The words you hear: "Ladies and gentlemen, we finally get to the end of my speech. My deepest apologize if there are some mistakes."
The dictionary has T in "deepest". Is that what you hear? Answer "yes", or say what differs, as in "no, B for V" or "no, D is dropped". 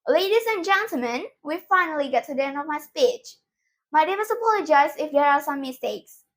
no, T is dropped